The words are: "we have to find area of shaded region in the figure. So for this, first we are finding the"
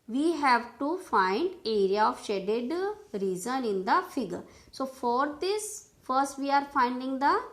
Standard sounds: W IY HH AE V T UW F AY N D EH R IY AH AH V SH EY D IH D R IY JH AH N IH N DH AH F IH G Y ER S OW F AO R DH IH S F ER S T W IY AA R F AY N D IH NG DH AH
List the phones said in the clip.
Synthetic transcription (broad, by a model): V IY HH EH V T UW F AY N D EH R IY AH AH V SH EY D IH D R IY Z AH N IH N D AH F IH G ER S OW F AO R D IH S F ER S T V IY AA R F AY N D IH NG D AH